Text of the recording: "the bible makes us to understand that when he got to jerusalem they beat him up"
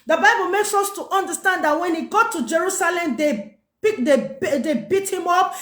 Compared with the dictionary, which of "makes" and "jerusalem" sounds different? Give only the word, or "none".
none